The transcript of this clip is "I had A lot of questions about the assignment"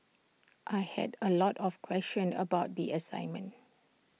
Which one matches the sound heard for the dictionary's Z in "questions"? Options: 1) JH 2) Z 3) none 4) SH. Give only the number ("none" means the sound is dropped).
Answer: 3